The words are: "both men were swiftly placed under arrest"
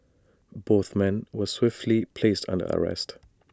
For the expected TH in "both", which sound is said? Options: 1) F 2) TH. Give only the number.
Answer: 2